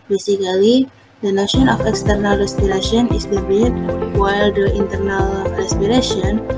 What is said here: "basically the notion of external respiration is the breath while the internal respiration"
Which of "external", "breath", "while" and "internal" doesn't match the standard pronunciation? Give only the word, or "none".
breath